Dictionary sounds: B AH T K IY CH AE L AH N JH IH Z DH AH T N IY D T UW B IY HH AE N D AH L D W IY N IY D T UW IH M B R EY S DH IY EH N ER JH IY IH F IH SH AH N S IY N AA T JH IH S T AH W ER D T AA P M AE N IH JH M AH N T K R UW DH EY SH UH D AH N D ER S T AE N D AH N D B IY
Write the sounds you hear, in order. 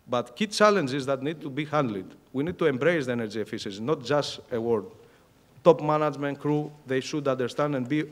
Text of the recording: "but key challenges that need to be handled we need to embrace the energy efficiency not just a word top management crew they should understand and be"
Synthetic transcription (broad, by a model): B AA T K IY CH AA L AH N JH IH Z DH AH T N IY D T UW B IY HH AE N D L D W IY N IY D T UW IH M B R EY S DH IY EH N ER JH IY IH F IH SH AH S N AA T JH IH S T AH W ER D T AA P M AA N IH JH M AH N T K R UW DH EY SH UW D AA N D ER S T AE N D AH N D B IY